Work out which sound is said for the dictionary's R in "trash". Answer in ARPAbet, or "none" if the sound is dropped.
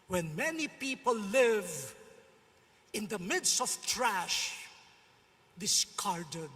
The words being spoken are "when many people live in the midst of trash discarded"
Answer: R